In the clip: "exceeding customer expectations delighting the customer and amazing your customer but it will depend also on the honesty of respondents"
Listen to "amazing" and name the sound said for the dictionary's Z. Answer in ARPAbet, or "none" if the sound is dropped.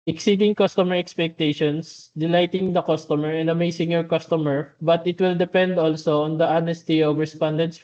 S